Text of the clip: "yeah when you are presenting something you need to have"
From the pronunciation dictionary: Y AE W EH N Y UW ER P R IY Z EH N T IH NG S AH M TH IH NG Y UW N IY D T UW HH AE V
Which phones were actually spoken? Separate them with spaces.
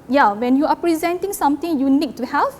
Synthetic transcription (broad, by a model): Y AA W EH N Y UW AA P R IY Z EH N T IH NG S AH M T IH NG Y UW N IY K T UW HH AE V